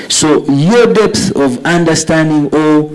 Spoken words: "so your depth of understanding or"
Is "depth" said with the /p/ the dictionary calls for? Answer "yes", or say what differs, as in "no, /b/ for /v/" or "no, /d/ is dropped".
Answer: yes